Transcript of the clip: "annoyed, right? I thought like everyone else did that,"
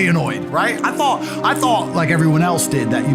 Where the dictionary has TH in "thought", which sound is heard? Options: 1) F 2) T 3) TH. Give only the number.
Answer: 3